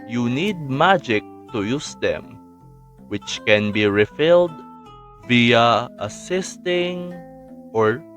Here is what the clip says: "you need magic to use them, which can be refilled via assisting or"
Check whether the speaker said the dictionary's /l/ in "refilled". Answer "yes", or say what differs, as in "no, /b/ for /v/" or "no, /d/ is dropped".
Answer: yes